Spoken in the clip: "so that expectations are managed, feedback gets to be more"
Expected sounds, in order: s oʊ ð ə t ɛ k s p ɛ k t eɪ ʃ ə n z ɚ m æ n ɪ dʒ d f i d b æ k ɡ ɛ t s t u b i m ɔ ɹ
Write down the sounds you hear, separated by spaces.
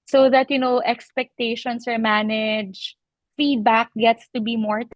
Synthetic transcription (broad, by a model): s oʊ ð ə t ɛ k s p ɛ k t eɪ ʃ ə n s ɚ m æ n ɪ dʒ f i d b æ k ɡ ɛ t s t u b i m ɔ ɹ